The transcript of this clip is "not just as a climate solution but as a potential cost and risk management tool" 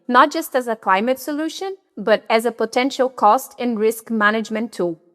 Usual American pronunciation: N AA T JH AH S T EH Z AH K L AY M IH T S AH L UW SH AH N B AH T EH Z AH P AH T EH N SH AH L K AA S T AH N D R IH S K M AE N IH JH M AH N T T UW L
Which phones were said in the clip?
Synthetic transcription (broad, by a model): N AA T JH AH S T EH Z AH K L AY M IH T S AH L UW SH AH N B AH T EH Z AH P AH T EH N SH AH L K AA S T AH N R IH S K M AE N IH JH M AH N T T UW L